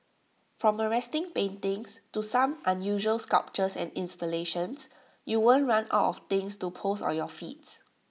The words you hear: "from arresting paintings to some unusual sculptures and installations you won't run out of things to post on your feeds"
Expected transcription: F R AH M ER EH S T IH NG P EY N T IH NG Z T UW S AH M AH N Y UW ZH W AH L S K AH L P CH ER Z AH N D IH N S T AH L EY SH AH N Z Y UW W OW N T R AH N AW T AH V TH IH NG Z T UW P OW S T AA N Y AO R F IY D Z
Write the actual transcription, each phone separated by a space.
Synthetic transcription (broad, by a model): F R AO M ER EH S T IH NG P EY N T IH NG S T UW S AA M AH N Y UW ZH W AH L S K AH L P CH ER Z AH N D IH N S T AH L EY SH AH N S Y UW W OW N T R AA N AW T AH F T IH NG S T UW P OW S AA N Y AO F IY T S